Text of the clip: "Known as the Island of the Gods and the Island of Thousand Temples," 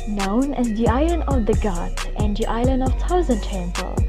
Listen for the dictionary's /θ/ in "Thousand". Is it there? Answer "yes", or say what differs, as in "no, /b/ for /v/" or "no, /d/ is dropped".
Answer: no, /t/ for /θ/